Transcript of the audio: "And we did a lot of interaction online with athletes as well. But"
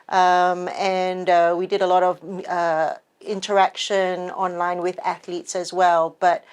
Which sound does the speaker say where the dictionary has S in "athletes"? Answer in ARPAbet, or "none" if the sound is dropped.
S